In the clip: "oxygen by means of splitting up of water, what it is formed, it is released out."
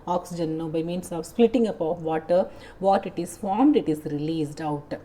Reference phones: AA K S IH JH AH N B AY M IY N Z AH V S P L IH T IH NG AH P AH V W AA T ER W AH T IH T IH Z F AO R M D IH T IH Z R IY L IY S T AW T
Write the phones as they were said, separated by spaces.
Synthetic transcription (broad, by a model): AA K S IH JH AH N B AY M IY N S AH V S P L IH T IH NG AH P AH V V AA T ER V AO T IH T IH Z F AO R M D IH T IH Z R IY L IY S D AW T